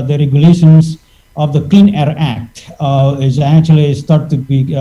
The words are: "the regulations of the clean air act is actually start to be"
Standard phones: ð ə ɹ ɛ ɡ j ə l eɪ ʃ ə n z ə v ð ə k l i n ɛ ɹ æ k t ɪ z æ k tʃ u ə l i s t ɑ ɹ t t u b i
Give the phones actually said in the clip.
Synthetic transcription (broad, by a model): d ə ɹ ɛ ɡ j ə l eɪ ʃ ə n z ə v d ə k l i n ɛ ɹ æ k t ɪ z æ k tʃ u ə l i s t ɑ ɹ t t u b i